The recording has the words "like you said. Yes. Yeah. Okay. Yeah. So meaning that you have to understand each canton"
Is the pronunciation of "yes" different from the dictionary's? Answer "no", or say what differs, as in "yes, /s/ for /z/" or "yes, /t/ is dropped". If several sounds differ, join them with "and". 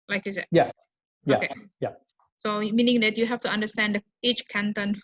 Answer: yes, /s/ is dropped